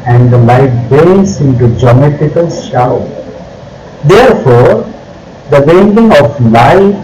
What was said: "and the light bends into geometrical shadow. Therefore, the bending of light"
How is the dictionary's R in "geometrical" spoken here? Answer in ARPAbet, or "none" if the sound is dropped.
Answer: none